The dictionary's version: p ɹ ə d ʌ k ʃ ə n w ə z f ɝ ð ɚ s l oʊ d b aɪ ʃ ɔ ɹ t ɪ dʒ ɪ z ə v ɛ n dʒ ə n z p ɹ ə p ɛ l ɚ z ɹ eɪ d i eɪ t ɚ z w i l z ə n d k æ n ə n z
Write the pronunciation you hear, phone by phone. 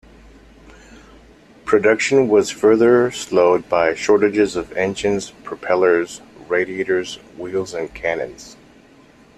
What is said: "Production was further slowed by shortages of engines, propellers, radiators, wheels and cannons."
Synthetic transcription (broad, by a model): p ɹ ə d ʌ k ʃ ə n w ə z f ɝ ð ɚ s l oʊ d b aɪ ʃ ɔ ɹ t ɪ dʒ ɪ z ə v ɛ n ʃ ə n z p ɹ ə p ɛ l ɚ z ɹ eɪ d i eɪ t ɚ z w i l z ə n k æ n ə n z